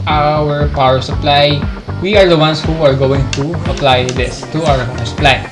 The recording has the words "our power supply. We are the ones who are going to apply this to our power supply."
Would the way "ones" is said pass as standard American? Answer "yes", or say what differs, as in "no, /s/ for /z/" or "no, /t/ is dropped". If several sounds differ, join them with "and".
no, /s/ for /z/